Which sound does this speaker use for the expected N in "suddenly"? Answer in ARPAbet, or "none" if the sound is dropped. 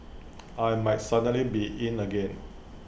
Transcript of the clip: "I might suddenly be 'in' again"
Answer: none